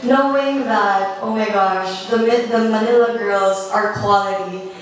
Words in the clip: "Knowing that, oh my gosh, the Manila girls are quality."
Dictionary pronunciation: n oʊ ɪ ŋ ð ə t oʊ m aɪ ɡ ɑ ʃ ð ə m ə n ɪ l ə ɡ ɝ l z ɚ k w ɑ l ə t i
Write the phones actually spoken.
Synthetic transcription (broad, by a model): n oʊ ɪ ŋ ð ə t oʊ m aɪ ɡ ɑ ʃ ð ə m ə n ɪ l ə ɡ ɝ l z ɚ k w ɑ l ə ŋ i